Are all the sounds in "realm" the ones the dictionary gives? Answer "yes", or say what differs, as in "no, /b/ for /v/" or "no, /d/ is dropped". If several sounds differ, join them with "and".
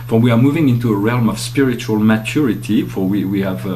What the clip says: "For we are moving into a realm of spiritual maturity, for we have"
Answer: yes